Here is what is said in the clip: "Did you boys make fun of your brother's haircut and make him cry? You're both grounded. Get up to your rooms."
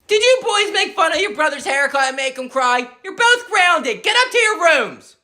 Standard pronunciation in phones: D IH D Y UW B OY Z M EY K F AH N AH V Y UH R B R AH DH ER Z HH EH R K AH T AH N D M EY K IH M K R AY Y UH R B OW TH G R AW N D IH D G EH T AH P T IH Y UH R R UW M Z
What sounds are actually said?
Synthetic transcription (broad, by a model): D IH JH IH B OY Z M EY K F AH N AH V Y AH R B R AH DH ER Z HH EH R K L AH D M EY K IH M K R AY Y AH R B OW TH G R AW N D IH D G EH T AH P T IH Y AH R R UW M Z